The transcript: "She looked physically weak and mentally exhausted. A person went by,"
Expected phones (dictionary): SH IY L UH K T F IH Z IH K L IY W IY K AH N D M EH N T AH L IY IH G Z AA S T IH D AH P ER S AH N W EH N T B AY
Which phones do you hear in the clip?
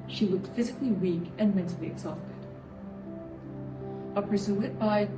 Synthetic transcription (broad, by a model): SH IY L UH K T F IH Z IH K L IY W IY K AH N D M EH N T L IY IH G Z AA S T IH D AH P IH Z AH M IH T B AY